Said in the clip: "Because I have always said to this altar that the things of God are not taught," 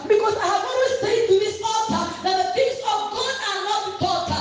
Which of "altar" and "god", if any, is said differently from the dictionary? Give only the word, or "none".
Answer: altar